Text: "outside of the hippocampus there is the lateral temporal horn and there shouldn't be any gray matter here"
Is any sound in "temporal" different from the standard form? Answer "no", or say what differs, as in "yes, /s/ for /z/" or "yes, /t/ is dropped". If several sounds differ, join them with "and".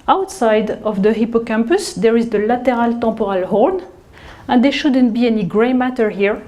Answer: yes, /m/ is dropped